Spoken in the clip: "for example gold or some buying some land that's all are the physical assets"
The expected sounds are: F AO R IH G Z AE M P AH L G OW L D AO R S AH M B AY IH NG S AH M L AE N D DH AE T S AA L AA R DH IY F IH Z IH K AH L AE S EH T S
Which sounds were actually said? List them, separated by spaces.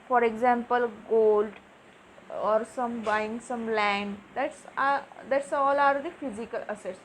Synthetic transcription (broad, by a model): F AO R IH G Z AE M P AH L G OW L D AO R S AH M B AY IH NG S AH M L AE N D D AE T S AA L AA R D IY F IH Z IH K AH L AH S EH T S